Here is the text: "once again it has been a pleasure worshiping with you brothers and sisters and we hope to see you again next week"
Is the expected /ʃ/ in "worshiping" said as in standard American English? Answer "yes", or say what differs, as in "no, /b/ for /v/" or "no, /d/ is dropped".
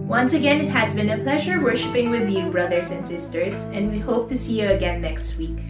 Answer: yes